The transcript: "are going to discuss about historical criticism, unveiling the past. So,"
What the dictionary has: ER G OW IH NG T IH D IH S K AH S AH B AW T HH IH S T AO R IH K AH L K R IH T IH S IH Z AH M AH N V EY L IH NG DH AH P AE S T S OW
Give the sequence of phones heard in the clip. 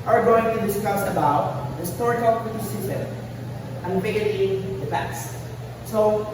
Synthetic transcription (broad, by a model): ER G OW IH NG T IH D IH S K AH S AH B AW T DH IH S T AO R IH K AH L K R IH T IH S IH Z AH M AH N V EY IH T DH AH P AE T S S OW